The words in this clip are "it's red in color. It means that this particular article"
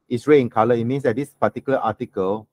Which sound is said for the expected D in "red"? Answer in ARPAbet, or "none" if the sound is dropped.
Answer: none